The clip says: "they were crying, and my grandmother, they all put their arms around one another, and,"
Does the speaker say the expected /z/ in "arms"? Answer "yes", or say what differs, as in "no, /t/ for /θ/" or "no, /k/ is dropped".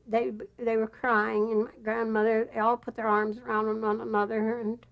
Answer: yes